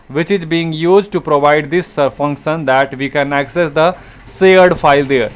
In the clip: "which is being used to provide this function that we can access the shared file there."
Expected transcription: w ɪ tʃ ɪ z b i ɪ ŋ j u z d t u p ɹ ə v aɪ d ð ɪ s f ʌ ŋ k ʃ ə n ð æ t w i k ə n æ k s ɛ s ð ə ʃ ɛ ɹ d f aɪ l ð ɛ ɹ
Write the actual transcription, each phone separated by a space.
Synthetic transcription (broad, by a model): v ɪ tʃ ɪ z b i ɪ ŋ j u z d t u p ɹ ə v aɪ d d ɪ s f ʌ ŋ k ʃ ə n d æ t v i k ə n æ k s ɛ s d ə s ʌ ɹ d f aɪ l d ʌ ɹ